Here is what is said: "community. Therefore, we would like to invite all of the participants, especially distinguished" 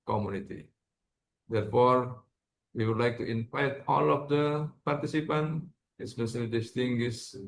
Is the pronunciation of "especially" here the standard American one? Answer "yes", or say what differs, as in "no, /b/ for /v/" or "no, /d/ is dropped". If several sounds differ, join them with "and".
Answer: no, /s/ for /ʃ/